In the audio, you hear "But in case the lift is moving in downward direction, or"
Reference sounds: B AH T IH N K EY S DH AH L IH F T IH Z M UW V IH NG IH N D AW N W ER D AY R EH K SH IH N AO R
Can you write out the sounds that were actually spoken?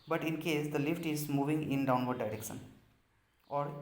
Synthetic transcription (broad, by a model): B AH T IH N K EY S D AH L IH F T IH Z M UW V IH NG IH N D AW N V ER D AY R EH K SH IH N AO R